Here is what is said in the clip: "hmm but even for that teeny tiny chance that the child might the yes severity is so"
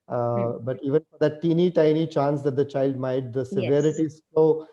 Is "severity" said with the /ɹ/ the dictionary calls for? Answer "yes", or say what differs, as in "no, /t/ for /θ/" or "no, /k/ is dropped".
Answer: yes